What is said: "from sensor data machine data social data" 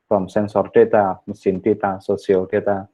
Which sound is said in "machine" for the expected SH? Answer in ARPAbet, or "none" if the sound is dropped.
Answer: S